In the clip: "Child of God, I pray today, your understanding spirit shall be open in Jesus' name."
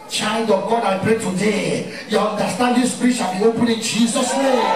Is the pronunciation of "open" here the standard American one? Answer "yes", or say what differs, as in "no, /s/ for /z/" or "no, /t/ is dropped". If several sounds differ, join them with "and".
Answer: no, /l/ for /n/